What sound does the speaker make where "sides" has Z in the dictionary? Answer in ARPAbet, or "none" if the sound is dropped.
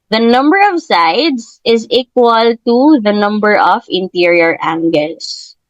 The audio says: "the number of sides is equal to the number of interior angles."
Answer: S